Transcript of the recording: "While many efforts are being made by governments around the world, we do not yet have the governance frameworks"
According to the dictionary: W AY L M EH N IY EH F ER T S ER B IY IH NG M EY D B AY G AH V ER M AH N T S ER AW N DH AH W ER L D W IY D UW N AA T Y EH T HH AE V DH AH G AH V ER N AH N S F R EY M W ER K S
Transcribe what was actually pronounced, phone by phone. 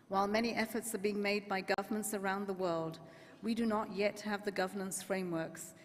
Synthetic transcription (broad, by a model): W AY L M EH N IY EH F ER T S ER B IY IH NG M EY D B AY G AH V ER M AH N T S ER AW N DH AH W ER L D W IY D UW N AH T Y EH T HH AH V DH AH G AH V ER N AH N S F R EY M W ER K S